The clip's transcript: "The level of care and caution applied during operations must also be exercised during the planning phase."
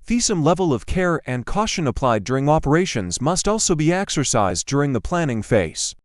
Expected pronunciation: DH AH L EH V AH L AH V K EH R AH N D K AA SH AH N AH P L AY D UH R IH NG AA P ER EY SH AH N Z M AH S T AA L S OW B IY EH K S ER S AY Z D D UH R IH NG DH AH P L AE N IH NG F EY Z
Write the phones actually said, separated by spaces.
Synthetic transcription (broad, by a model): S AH L EH V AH L AH V K EH R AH N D K AA SH AH N AH P L AY D UH R IH NG AA P ER EY SH AH N Z M AH S T AA L S OW B IY EH K S ER S AY Z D D UH R IH NG DH AH P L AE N IH NG F EY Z